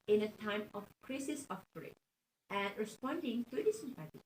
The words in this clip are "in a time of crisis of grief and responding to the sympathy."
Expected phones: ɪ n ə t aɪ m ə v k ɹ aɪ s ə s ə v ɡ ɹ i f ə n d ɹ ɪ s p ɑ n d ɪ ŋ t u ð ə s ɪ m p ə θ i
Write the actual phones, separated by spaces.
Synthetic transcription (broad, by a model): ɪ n ə t aɪ m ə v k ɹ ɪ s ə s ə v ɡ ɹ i ə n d ɹ ɪ s p ɑ n d ɪ ŋ t u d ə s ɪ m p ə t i